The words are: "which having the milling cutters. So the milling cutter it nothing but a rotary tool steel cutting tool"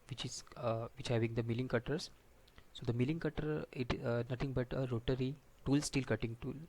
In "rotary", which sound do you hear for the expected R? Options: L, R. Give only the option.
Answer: R